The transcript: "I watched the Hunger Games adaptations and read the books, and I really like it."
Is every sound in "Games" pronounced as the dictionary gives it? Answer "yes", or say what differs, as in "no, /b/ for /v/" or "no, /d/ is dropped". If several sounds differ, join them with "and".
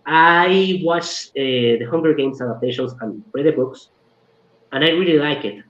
no, /s/ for /z/